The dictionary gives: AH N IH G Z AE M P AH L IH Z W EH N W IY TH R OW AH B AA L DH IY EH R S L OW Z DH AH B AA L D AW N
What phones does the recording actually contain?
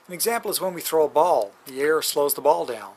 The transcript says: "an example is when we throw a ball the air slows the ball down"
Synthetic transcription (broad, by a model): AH N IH G Z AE M P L IH Z W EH N W IY TH R OW AH B AA L DH IY EH R S L OW Z DH AH B AA L D AW N